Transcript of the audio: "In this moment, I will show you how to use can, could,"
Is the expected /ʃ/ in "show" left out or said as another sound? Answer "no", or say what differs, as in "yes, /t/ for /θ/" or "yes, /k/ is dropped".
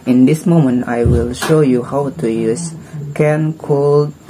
no